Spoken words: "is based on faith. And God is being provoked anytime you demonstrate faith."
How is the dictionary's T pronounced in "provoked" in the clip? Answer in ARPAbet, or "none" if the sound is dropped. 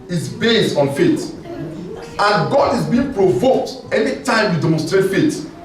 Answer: T